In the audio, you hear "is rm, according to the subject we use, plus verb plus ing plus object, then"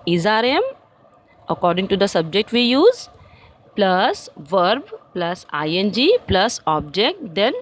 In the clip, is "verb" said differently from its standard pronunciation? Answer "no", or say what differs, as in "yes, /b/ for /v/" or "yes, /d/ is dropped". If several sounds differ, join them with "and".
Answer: no